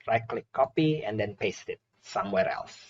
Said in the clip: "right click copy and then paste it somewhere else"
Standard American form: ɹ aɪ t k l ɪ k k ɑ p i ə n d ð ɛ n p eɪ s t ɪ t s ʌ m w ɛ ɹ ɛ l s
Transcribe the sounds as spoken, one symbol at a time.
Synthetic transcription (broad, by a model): ɹ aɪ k l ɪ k k ɑ p i ə n d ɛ n p eɪ s t ɪ t s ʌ m w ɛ ɹ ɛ l s